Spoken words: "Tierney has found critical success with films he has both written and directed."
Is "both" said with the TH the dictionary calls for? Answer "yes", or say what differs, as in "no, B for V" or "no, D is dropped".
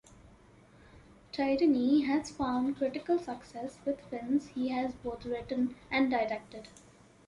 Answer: no, T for TH